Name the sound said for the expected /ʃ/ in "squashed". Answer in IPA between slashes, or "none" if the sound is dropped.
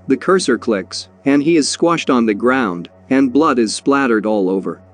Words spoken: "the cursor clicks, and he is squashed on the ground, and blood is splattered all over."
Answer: /ʃ/